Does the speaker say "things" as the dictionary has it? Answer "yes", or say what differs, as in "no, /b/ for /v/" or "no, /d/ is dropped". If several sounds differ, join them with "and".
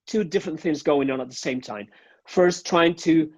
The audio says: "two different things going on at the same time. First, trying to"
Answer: yes